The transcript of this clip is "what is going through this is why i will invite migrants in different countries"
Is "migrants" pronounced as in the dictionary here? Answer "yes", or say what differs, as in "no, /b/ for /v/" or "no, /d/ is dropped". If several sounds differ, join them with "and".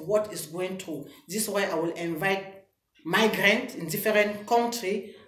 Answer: no, /s/ is dropped